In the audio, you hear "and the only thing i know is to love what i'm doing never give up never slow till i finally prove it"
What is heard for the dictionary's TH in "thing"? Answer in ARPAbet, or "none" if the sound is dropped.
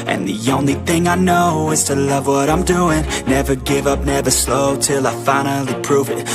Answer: TH